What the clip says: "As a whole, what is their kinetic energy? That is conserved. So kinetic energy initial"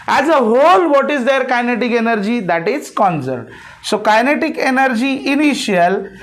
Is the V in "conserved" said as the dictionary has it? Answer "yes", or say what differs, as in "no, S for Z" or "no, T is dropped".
no, V is dropped